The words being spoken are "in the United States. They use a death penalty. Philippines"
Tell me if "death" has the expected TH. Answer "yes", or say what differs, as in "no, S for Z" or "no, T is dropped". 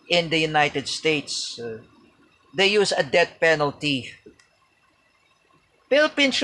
no, T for TH